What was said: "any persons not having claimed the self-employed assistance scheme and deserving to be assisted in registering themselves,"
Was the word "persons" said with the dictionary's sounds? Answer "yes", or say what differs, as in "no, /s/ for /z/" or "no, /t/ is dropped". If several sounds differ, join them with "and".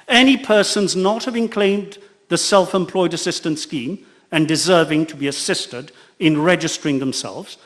yes